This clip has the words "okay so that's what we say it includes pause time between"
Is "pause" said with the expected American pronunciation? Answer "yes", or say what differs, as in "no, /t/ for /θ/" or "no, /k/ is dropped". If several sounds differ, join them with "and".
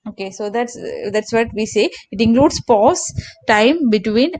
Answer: no, /s/ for /z/